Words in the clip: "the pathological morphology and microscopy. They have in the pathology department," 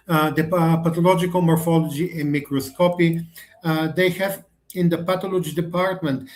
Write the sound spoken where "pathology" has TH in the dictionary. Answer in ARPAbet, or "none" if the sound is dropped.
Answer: T